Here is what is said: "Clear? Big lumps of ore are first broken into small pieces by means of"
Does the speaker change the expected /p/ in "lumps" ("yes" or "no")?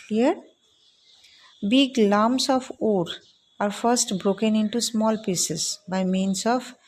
yes